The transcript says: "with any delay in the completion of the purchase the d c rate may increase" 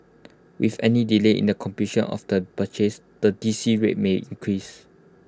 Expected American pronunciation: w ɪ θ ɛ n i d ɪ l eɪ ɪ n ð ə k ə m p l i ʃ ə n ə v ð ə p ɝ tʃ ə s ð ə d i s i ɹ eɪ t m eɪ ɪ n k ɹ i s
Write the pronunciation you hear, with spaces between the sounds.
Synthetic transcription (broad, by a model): w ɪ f ɛ n i d ɪ l eɪ ɪ n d ə k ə m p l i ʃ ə n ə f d ə b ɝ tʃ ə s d ə d i s i ɹ eɪ t m eɪ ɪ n k ɹ i s